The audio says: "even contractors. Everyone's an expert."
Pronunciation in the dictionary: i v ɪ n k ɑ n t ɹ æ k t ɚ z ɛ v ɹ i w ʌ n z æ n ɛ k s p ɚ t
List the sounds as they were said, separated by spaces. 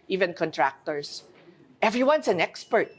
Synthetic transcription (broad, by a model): i v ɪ n k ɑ n t ɹ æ k t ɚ s ɛ v ɹ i w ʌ n s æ n ɛ k s p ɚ t